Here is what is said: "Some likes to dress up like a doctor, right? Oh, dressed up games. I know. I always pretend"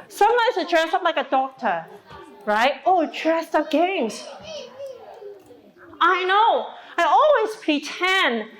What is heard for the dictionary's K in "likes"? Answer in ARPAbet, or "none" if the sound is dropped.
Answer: none